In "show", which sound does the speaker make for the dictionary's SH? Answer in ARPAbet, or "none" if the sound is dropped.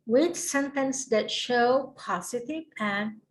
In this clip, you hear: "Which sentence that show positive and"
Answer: SH